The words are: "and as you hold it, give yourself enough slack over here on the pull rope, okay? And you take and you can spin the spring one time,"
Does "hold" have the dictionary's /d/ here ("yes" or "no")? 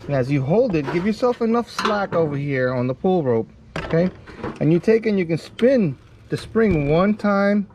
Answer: yes